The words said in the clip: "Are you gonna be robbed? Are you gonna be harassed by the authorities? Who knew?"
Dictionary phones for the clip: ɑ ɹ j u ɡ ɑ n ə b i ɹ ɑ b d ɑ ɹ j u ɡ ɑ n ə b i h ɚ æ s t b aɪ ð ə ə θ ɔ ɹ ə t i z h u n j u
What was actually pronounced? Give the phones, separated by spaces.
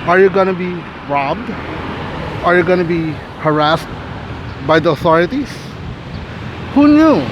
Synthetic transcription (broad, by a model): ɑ ɹ j u ɡ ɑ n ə b i ɹ ɑ b d ɑ ɹ j u ɡ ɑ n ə b i h ɚ æ s t b aɪ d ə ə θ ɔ ɹ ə t i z h u n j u